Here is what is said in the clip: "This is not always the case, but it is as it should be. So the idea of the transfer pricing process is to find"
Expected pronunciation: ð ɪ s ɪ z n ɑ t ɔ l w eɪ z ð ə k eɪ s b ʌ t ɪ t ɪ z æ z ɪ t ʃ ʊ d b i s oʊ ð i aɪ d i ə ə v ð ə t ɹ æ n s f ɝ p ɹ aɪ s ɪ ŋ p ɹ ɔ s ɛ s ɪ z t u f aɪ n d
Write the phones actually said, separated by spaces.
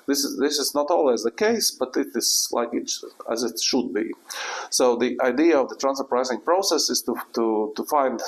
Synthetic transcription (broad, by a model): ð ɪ s ɪ z n ɑ t ɔ l w eɪ z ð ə k eɪ s b ʌ t ɪ t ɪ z æ z ɪ t ʃ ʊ d b i s oʊ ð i aɪ d i ə ə v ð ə t ɹ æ n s ɝ p ɹ aɪ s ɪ ŋ p ɹ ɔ s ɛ s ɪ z t u f aɪ n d